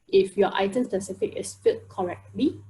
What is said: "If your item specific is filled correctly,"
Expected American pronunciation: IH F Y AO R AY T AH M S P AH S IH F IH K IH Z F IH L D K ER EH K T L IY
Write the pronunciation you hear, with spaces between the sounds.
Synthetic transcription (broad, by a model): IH F Y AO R AY T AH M S P AH S IH F IH K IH S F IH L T K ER EH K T L IY